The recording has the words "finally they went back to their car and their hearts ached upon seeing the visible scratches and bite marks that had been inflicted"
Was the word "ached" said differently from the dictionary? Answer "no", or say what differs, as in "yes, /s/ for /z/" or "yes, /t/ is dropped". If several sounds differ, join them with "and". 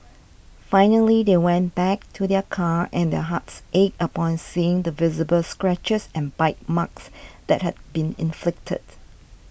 yes, /t/ is dropped